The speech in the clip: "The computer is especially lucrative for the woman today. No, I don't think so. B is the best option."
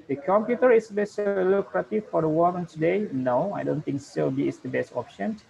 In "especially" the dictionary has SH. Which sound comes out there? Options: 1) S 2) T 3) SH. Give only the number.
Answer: 1